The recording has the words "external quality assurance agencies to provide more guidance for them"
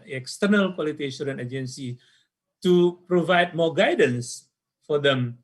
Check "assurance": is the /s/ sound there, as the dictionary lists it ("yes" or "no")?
no